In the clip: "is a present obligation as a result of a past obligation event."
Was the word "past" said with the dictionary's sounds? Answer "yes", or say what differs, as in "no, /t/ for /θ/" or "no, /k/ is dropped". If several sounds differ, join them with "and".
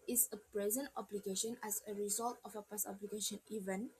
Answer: no, /t/ is dropped